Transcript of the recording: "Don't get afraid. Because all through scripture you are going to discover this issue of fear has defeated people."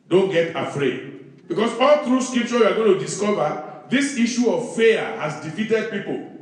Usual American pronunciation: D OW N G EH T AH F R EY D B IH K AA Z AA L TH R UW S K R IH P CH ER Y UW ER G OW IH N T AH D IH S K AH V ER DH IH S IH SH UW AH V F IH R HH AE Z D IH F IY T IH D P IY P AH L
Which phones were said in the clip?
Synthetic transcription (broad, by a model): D OW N G EH T AH F R EY D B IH K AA S AA L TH R UW S K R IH P CH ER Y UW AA G OW IH N T AH D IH S K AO V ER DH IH S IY SH UW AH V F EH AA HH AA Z D IH F IY T IH D P IY P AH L